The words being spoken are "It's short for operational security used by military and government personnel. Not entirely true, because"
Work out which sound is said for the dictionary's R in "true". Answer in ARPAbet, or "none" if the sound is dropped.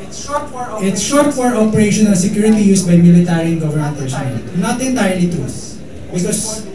none